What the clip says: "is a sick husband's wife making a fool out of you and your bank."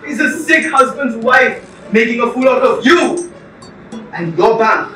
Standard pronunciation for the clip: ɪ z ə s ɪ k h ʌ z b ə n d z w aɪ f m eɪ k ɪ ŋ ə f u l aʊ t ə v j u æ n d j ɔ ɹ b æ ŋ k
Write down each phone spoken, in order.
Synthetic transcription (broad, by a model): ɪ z ə s ɪ k h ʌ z b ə n d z w aɪ f m eɪ k ɪ ŋ ə f u l aʊ t ə v j u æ n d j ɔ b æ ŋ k